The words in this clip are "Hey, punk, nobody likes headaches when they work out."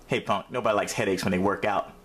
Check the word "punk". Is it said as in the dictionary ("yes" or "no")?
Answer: no